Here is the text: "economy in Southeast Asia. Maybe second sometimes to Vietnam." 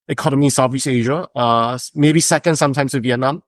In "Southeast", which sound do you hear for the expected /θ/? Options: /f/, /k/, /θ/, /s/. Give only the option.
/f/